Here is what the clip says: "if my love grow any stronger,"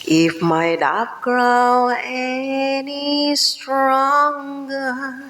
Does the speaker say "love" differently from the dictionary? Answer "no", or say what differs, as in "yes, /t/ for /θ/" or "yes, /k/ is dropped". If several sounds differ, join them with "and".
yes, /p/ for /v/